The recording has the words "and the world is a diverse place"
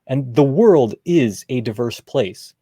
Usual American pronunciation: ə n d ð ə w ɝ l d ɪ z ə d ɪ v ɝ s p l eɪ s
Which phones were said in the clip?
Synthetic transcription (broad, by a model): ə n ð ə w ɝ l d ɪ z ə d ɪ v ɝ s p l eɪ s